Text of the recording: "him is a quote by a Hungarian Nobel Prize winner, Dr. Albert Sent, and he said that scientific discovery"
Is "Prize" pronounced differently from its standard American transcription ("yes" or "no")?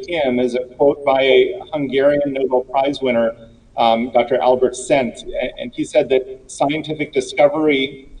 no